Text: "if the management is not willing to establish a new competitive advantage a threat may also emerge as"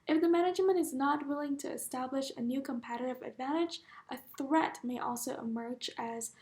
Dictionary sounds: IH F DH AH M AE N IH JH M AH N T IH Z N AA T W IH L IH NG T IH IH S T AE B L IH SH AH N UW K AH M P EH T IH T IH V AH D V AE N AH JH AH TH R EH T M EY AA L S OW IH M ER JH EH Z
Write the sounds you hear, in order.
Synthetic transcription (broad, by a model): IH F DH AH M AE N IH JH M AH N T IH Z N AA T W IH L IH NG T IH IH S T AE B L IH SH AH N UW K AH M P EH T IH T IH V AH D V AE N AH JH AH TH R EH T M EY AA L S OW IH M ER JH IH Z